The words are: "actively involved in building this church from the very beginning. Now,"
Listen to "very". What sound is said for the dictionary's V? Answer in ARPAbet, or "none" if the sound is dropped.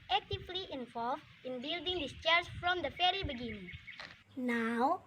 F